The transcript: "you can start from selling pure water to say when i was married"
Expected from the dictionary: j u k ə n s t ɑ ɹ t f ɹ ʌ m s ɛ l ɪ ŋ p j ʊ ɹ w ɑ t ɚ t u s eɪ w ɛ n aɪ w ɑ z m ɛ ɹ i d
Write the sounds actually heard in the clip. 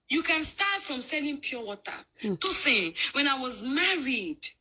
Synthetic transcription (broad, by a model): j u k ə n s t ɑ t f ɹ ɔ m s ɛ l ɪ ŋ p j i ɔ w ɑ t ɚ t u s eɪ w ɛ n aɪ w ɑ z m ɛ ɹ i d